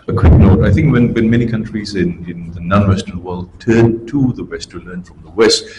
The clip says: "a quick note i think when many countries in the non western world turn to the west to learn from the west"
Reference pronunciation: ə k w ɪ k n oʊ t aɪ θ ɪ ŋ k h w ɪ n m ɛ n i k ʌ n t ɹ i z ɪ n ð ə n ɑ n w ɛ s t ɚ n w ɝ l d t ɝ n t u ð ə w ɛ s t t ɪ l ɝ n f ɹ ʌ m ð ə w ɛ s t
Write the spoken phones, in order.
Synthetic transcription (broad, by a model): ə k w ɪ k n oʊ t aɪ θ ɪ ŋ k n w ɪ n m ɛ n i k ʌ n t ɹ i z ɪ n ð ə n ɑ n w ɛ s t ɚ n w ɝ l d t ɝ n t u ð ə w ɛ s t t ɪ l ɝ n f ɹ ʌ m ð ə w ɛ s t